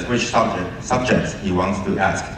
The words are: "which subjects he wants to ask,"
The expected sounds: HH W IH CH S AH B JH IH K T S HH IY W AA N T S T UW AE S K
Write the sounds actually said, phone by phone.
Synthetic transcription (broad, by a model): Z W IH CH S AH B JH IH K T S HH IY W AA N T S T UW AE S K